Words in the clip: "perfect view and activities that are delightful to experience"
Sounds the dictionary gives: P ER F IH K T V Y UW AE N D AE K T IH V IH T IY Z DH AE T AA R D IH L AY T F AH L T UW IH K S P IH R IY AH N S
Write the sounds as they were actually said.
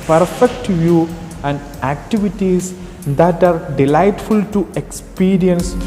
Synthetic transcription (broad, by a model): P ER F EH K T V Y UW AE N D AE K T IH V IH T IY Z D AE T AA R D IH L AY T F AH L T UW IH K S P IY R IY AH N S